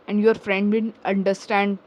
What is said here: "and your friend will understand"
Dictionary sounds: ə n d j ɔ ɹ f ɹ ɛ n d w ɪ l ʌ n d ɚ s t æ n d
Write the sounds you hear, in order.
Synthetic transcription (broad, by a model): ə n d j ɔ ɹ f ɹ ɛ n d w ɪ n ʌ n d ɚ s t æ n d